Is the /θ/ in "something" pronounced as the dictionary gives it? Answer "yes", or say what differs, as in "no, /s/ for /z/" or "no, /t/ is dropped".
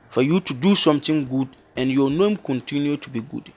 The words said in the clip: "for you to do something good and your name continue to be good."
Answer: no, /t/ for /θ/